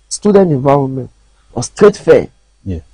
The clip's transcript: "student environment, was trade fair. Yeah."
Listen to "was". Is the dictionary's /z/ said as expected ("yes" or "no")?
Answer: no